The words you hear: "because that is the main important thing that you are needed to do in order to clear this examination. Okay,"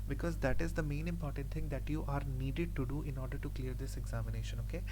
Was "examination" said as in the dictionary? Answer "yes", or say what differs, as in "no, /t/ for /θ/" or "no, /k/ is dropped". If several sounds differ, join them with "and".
yes